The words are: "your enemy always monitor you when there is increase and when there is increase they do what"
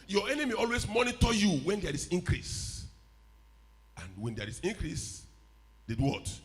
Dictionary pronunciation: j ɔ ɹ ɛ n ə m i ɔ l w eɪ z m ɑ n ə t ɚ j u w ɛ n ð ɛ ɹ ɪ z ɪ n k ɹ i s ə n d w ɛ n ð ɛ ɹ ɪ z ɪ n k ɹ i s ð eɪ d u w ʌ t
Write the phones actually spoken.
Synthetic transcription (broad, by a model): j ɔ ɛ n ə m i ɔ l w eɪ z m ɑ n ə t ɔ j u w ɛ n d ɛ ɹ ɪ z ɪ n k ɹ i s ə n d w ɛ n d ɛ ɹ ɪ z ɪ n k ɹ i s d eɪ d u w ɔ t